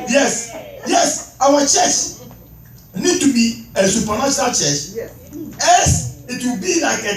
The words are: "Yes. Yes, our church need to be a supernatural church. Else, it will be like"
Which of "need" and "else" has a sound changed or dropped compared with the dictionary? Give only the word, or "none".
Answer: else